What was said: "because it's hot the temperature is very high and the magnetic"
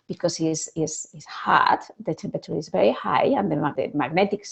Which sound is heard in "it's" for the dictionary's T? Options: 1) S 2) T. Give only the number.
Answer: 1